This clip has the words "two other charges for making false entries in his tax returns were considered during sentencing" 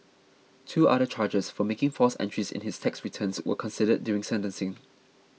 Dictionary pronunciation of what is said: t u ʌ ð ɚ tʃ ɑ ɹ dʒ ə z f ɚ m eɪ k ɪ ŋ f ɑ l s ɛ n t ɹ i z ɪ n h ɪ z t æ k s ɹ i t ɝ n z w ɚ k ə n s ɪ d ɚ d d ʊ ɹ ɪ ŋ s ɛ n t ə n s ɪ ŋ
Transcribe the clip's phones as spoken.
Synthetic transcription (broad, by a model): t u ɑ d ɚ tʃ ɑ dʒ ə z f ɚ m eɪ k ɪ ŋ f ɑ s ɛ n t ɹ i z ɪ n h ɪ s t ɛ k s ɹ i t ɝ n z w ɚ k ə n s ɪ d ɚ d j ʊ ɹ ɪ ŋ s ɛ n t ə n s ɪ ŋ